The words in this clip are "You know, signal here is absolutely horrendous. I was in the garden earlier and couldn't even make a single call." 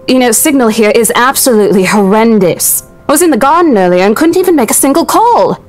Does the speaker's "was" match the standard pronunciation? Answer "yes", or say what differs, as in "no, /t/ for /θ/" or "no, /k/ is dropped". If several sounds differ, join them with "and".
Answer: yes